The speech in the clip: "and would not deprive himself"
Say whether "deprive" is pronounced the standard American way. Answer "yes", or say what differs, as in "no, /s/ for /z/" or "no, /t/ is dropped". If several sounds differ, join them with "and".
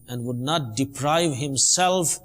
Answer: yes